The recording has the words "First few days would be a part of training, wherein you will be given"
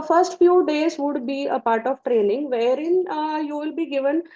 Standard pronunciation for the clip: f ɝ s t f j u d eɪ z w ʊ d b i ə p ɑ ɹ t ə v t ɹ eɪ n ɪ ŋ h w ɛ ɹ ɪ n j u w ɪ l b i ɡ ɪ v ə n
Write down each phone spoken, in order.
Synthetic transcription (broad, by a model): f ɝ s t f j u d eɪ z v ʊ d b i ə p ɑ ɹ t ə v t ɹ eɪ n ɪ ŋ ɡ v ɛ ɹ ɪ n j u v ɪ l b i ɡ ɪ v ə n